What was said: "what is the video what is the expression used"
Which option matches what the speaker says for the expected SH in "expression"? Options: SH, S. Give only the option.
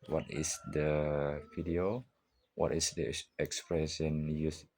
S